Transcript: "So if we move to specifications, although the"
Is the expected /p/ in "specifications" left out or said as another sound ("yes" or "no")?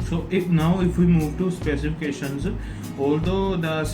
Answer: no